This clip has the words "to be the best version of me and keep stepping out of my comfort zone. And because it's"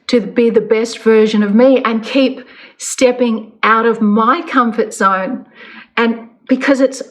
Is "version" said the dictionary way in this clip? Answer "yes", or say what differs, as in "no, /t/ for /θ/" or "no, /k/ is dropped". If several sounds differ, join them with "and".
yes